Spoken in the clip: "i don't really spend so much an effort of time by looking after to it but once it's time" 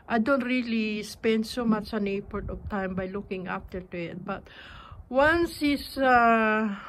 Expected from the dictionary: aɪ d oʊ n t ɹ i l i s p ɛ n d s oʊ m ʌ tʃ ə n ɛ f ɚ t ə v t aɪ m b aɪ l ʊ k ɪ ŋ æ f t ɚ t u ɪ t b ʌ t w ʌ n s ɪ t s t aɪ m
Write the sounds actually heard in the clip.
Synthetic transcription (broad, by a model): aɪ d oʊ n t ɹ i l i s p ɛ n d s oʊ m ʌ tʃ ə n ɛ p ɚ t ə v t aɪ m b aɪ l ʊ k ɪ ŋ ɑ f t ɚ t u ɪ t b ʌ t w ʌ n s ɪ s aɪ